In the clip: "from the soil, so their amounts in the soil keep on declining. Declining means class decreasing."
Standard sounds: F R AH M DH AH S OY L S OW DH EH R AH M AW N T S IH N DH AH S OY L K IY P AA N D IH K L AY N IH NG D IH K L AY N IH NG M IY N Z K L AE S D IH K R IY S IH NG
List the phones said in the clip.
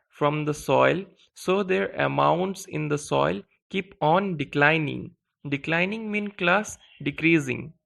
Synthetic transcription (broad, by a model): F R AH M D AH S OY L S OW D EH R AH M AW N T S IH N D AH S OY L K IY P AA N D IH K L AY N IH NG D IH K L AY N IH NG M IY N K L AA S D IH K R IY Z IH NG